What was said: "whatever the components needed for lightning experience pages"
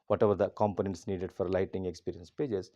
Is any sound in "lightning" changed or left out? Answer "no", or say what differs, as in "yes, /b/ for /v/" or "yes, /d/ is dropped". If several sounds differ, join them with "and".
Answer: yes, /n/ is dropped